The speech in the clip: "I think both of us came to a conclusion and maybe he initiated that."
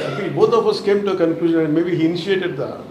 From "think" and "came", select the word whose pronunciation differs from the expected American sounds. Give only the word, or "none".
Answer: think